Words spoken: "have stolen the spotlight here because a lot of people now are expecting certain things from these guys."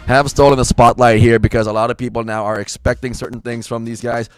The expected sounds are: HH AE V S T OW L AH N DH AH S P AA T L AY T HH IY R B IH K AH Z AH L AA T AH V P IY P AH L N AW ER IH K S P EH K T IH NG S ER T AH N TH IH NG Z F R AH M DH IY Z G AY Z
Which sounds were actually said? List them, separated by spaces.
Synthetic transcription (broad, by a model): HH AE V S T OW L AH N DH AH S P AA T L AY T HH IY R B IH K AH Z AH L AA T AH V P IY P L N AW ER IH K S P EH K T IH NG S ER T N TH IH NG Z F R AH M DH IY Z G AY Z